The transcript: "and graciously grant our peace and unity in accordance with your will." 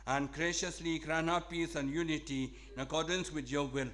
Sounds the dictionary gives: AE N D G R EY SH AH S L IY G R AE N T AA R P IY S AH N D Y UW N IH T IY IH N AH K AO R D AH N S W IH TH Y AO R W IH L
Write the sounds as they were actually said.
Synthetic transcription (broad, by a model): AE N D G R EY SH AH S L IY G R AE N AA P IY S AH N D Y UW N IH T IY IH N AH K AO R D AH N S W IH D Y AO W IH L